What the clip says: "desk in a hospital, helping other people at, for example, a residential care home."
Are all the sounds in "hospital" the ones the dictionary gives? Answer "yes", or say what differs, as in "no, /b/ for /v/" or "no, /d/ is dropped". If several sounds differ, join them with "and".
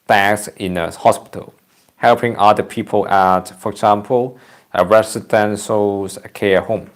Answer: yes